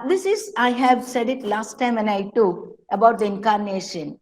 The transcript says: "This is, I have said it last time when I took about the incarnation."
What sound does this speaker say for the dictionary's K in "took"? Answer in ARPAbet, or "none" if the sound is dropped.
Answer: none